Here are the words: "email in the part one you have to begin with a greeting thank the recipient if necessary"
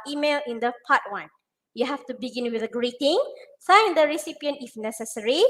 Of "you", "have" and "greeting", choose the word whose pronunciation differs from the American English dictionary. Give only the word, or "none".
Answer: have